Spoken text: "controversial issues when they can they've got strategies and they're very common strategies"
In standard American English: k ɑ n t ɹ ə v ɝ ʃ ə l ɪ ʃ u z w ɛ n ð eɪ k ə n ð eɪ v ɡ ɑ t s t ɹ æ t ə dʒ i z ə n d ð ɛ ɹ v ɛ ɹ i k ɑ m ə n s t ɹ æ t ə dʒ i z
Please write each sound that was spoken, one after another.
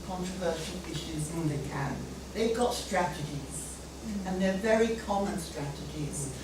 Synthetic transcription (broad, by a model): k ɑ n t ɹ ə v ɝ ʃ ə l ɪ ʃ u z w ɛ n ð eɪ k ə n ð eɪ v ɡ ɑ t s t ɹ æ t ə dʒ i z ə n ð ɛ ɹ v ɛ ɹ i k ɑ m ə n s t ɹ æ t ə dʒ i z